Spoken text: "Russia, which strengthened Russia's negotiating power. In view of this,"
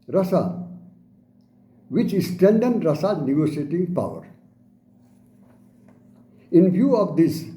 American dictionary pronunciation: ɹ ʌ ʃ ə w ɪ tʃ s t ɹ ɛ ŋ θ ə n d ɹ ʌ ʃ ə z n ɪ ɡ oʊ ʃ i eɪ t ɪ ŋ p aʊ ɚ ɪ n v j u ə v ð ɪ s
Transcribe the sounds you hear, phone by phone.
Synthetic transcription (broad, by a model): ɹ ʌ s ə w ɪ tʃ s t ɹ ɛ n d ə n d ɹ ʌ s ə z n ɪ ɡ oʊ s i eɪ t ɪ ŋ p aʊ ɚ ɪ n v j u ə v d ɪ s